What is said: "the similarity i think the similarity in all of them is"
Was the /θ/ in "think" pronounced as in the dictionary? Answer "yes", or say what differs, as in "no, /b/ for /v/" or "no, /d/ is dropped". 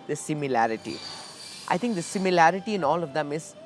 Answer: no, /t/ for /θ/